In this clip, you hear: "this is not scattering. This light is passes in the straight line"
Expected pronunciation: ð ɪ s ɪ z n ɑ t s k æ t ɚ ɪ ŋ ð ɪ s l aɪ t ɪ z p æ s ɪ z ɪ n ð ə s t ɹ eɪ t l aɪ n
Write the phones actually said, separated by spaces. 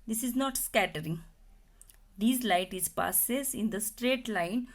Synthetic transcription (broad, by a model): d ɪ s ɪ z n ɑ t s k æ t ɚ ɪ ŋ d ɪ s l aɪ t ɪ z p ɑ s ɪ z ɪ n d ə s t ɹ eɪ t l aɪ n